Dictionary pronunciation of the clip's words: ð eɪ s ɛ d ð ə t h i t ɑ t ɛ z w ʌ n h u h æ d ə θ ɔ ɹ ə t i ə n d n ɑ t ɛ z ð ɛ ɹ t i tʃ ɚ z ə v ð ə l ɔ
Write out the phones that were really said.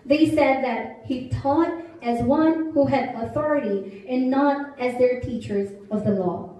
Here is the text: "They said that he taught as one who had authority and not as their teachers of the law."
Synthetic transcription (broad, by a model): ð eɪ s ɛ d ð ə t h i t ɑ t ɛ z w ʌ n h u h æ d ə θ ɔ ɹ ə t i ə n n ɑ t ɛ z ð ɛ ɹ t i tʃ ɚ z ə v ð ə l ɔ